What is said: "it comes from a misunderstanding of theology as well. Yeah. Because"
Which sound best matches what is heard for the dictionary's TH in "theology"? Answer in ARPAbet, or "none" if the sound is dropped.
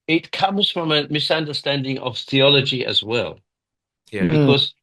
TH